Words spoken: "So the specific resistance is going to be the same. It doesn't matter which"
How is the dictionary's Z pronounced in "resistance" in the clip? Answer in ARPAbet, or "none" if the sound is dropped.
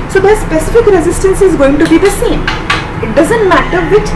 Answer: Z